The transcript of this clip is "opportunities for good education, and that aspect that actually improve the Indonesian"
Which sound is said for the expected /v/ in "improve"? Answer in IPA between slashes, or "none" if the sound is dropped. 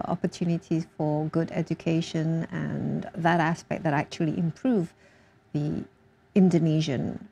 /v/